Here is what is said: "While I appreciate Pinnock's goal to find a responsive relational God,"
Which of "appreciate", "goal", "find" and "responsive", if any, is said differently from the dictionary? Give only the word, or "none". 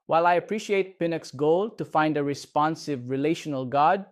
none